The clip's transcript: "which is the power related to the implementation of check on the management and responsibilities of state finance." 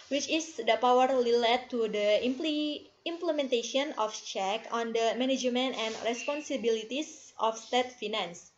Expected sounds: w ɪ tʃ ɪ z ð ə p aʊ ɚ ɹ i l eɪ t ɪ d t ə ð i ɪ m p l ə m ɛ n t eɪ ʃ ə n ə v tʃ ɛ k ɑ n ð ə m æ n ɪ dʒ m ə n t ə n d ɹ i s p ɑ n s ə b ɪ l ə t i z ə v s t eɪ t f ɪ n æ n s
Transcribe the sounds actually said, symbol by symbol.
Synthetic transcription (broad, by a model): w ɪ tʃ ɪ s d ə p aʊ ɚ l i l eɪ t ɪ d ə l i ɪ m p l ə m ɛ n t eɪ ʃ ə n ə f tʃ ɛ k ɑ n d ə m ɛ n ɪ dʒ m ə n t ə n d ɹ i s p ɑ n s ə b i l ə t i s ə f s t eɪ t f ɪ n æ n s